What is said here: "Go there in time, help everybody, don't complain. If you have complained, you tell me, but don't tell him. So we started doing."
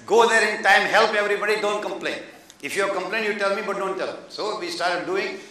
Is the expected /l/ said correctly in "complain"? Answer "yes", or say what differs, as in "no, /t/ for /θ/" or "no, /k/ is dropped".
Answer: yes